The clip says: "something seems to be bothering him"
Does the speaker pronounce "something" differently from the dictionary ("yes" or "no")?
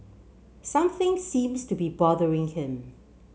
no